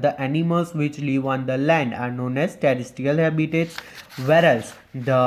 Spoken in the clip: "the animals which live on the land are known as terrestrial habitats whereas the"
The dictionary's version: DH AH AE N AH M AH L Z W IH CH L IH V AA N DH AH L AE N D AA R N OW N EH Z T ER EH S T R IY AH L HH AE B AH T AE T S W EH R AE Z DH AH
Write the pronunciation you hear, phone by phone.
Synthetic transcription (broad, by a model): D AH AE N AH M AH L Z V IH CH L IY V AA N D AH L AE N D AA R N OW N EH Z T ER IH S T IY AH L HH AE B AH T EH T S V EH R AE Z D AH